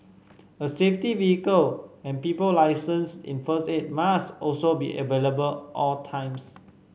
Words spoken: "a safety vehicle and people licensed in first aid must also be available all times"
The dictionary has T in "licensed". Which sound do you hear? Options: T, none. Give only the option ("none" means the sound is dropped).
none